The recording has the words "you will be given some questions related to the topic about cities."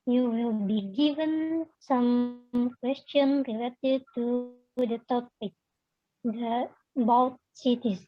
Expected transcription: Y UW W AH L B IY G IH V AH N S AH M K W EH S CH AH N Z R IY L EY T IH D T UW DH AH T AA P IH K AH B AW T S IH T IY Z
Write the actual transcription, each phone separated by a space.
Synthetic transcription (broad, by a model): Y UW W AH L B IY G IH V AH N S AH M K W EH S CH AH N R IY L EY T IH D T UW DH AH T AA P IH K AH B AW T S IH T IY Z